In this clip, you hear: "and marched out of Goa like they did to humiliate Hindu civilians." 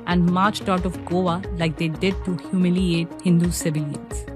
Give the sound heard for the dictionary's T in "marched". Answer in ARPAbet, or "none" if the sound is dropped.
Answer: T